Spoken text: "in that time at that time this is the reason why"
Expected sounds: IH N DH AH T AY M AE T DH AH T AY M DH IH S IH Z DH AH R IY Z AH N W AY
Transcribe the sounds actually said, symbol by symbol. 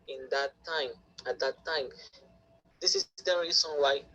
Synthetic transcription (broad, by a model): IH N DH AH T AY M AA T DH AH T AY M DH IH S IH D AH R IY S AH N W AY